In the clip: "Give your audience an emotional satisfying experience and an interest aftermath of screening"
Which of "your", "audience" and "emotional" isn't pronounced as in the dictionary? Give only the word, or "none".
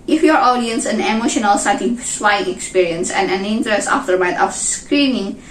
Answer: none